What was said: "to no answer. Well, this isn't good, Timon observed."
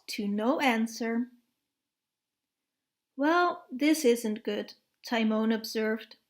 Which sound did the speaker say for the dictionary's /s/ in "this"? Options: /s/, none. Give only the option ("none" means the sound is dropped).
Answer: /s/